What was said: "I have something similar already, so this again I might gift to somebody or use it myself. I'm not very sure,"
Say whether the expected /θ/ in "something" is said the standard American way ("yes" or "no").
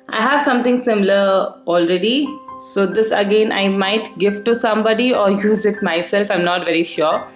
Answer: no